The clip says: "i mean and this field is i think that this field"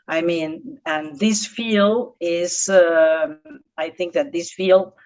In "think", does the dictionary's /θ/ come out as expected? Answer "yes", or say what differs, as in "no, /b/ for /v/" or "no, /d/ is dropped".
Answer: yes